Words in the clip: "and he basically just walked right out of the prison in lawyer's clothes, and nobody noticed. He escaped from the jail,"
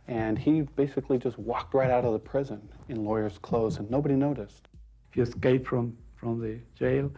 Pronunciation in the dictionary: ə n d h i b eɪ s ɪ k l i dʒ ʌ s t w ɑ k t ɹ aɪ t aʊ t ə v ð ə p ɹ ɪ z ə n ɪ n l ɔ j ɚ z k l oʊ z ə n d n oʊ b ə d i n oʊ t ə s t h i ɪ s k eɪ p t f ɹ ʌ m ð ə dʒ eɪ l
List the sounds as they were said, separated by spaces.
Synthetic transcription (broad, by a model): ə n i b eɪ s ɪ k l i dʒ ʌ s t w ɑ k t ɹ aɪ t aʊ t ə v ð ə p ɹ ɪ z ə n ɪ n l ɔ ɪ ɚ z k l oʊ z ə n n oʊ b ə d i n oʊ t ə s t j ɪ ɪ s k eɪ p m f ɹ ʌ m ð ə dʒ eɪ l